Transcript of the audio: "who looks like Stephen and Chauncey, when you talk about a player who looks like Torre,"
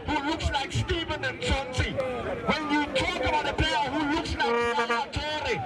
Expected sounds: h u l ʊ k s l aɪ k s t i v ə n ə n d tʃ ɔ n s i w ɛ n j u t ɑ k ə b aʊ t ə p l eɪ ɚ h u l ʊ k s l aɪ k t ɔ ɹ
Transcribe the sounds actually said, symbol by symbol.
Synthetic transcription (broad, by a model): h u l ʊ k s l aɪ k s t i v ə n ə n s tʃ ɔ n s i w ɛ n j u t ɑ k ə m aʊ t ə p eɪ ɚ h u l ʊ k s l aɪ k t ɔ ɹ